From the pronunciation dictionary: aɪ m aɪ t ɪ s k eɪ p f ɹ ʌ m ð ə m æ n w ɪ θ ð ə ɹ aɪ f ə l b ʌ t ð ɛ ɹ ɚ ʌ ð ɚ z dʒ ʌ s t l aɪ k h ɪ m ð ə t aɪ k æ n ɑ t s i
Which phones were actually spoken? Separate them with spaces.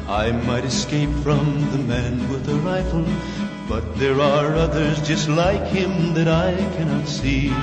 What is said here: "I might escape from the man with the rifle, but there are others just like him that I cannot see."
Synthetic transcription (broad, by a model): aɪ m aɪ t ɪ s k eɪ p f ɹ ʌ m ð ə m æ n w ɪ ð ə ɹ aɪ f l b ʌ t ð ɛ ɹ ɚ ʌ ð ɚ z dʒ ʌ s t l aɪ k h ɪ m ð ə t aɪ k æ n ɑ t s i